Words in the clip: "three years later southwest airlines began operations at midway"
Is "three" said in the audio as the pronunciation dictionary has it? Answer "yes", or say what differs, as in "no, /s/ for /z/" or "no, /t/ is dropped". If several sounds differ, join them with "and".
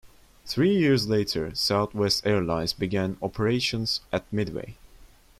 yes